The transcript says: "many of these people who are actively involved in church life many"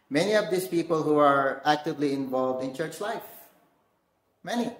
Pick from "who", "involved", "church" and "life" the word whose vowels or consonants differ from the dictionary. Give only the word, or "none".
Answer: none